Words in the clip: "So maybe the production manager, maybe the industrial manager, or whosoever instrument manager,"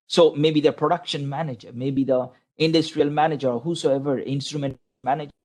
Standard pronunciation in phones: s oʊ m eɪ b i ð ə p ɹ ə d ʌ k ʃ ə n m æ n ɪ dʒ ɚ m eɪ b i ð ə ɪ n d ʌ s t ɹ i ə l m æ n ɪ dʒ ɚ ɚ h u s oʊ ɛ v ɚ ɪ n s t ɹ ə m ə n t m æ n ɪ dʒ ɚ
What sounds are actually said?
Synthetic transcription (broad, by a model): s oʊ m eɪ b i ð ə p ɹ ə d ʌ k ʃ ə n m æ n ɪ dʒ ɚ m eɪ b i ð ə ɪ n d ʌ s t ɹ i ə l m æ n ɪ dʒ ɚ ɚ h u s oʊ ɛ v ɚ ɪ n s t ɹ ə m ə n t m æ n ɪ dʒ